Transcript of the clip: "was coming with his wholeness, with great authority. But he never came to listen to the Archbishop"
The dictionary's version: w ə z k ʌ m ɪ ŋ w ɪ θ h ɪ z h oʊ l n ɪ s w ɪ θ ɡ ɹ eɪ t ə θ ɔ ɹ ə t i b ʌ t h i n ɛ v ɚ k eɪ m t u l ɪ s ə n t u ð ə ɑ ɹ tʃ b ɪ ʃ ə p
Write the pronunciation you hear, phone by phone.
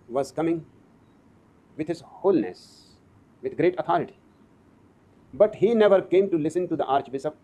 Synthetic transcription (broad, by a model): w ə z k ʌ m ɪ ŋ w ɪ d h ɪ z h oʊ l n ɪ s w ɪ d ɡ ɹ eɪ t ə t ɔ ɹ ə t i b ʌ t h i n ɛ v ɚ k eɪ m t u l ɪ s ə n t u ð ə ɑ ɹ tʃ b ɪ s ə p